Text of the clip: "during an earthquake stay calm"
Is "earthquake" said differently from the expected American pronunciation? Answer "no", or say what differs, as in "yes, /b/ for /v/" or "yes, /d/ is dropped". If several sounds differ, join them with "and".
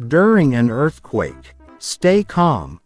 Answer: no